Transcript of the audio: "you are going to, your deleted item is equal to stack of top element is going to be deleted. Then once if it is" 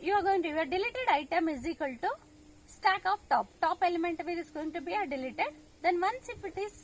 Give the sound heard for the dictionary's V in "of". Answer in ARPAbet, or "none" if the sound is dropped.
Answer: P